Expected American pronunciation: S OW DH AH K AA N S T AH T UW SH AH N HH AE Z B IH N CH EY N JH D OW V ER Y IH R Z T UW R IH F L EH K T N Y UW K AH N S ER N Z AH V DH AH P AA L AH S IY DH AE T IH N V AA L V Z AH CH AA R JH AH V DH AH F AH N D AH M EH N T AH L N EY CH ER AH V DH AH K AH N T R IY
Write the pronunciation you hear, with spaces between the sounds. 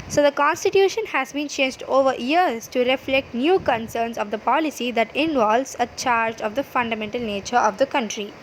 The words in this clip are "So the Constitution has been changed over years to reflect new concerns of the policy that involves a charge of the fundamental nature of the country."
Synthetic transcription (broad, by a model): S OW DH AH K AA N S T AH T UW SH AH N HH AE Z B IH N CH EY N JH D OW V ER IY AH R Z T UW R IH F L EH K T N Y UW K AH N S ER N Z AH V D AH P AA L AH S IY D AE T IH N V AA L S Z AH CH AA R JH AH V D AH F AH N D AH M EH N T AH L N EY CH ER AH V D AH K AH N T R IY